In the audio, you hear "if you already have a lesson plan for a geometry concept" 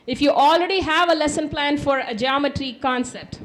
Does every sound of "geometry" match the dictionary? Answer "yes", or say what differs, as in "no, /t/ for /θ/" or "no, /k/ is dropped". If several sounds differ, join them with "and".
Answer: yes